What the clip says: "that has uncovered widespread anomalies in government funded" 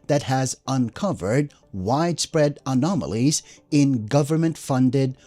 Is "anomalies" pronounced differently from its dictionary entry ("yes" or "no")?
no